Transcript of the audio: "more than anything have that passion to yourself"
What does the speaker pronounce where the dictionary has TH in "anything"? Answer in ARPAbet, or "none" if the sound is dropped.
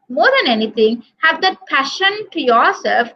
T